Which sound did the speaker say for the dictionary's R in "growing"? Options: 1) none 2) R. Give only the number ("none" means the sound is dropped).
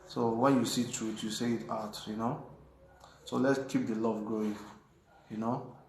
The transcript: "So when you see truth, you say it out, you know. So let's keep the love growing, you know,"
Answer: 1